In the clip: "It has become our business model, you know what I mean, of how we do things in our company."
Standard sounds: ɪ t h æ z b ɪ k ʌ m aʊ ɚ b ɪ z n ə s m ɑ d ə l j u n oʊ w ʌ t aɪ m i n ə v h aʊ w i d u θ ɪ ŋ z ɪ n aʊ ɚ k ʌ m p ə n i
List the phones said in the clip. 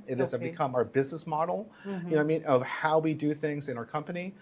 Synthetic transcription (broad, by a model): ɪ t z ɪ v b ɪ k ʌ m aʊ ɚ b ɪ z n ə s m ɑ d l j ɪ n oʊ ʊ aɪ m i n ə v h aʊ w i d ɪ θ ɪ ŋ z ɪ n aʊ ɚ k ʌ m p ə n i